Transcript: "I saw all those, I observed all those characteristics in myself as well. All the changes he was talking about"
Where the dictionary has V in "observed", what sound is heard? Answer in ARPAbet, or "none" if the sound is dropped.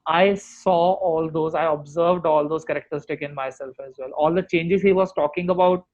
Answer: V